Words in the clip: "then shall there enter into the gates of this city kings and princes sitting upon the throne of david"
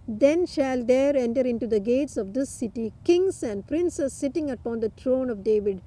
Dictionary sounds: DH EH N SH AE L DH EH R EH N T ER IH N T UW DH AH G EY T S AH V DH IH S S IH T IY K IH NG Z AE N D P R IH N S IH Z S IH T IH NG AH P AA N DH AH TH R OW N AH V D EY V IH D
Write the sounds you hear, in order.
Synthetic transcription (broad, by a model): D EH N SH AE L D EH R EH N T ER IH N T UW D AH G EY T S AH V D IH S S IH T IY K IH NG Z AE N D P R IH N S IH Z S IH T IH NG AH P AA N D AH T R OW N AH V D EY V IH D